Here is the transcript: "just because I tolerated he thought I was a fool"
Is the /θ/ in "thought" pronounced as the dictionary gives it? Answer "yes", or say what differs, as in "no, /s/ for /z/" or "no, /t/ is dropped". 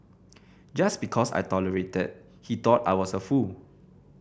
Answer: no, /t/ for /θ/